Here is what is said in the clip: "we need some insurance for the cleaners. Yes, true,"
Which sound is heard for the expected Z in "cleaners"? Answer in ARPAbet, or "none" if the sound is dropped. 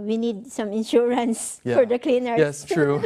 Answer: none